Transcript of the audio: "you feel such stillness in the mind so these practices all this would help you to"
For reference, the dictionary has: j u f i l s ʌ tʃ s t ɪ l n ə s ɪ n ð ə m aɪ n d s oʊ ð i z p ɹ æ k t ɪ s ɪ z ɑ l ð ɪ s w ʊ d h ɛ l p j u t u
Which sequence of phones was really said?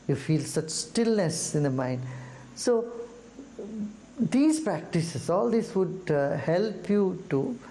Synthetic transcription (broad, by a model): j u f i l s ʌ tʃ s t ɪ l n ə s ɪ n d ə m aɪ n d s oʊ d i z p ɹ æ k t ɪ s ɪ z ɑ l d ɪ s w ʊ d h ɛ l p j u t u